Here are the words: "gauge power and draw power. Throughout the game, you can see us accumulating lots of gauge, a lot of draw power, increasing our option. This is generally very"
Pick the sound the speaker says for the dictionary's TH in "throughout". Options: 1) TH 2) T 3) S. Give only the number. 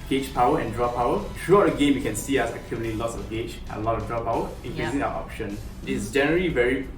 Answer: 2